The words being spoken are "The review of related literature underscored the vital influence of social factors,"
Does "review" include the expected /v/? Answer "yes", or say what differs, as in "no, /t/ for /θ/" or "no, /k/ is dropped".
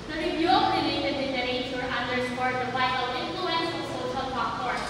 no, /f/ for /v/